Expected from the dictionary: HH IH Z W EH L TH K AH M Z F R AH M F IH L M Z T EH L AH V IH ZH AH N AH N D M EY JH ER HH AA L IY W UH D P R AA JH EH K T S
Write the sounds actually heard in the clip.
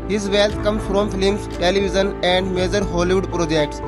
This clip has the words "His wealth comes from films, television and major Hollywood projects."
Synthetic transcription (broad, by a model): HH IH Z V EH L T K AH M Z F R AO M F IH L M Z T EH L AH V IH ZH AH N AH N D M EY JH ER HH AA L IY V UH D P R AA JH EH K T S